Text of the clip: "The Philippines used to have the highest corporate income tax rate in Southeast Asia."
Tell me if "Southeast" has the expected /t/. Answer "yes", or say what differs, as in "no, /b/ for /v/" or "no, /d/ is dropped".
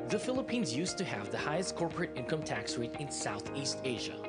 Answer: yes